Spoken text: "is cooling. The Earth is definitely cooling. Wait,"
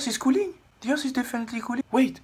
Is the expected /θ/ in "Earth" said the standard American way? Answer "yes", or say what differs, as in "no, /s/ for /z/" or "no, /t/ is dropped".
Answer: no, /s/ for /θ/